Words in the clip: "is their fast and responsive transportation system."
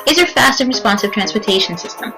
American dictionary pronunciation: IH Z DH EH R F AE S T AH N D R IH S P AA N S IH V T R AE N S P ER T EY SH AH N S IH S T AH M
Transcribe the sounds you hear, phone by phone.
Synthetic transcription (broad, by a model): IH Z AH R F AE S T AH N R IH S P AA N S IH V T R AE N S P ER T EY SH AH N S IH S T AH M